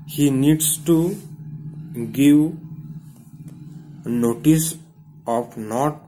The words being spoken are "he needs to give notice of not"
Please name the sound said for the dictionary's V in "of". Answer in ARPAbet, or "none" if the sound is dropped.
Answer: P